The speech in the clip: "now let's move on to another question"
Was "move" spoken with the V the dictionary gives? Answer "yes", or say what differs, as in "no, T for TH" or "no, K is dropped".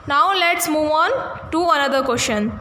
yes